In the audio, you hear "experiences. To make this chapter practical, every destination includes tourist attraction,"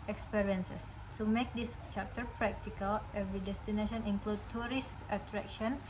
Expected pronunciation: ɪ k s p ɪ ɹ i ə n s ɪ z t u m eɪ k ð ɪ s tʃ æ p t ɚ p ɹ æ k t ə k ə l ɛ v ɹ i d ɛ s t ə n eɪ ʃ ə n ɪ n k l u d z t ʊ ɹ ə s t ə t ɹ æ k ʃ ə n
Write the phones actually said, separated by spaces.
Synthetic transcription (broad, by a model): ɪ k s p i ɹ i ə n s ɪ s t u m eɪ k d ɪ s tʃ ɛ p t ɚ p ɹ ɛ k t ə k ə l ɛ v ɹ i d ɛ s t ə n eɪ ʃ ə n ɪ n k l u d t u ɹ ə s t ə t ɹ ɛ k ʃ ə n